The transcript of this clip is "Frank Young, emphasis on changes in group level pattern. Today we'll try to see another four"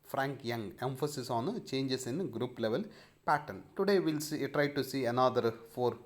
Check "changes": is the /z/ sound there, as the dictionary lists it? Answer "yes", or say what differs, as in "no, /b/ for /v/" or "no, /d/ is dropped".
no, /s/ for /z/